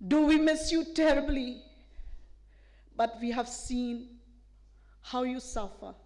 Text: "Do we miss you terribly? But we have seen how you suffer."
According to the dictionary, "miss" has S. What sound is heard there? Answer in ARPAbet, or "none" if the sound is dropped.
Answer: S